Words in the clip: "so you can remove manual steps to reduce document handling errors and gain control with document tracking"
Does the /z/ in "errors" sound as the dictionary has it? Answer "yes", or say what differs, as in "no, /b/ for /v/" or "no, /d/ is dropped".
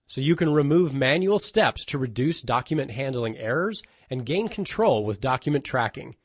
yes